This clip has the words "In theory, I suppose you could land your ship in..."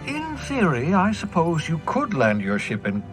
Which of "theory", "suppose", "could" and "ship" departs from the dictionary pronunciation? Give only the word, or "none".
none